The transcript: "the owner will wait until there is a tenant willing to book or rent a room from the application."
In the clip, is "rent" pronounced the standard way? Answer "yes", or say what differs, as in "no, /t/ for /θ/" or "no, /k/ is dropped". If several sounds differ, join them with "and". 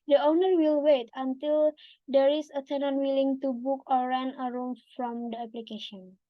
no, /t/ is dropped